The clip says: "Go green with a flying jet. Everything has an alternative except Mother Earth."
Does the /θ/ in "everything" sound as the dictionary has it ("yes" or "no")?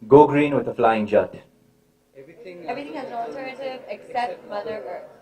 no